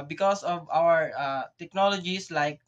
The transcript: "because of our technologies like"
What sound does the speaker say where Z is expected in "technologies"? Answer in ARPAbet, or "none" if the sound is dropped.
S